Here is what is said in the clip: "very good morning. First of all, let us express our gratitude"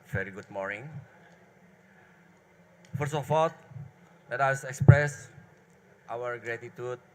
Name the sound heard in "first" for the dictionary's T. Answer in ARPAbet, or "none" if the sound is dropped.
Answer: none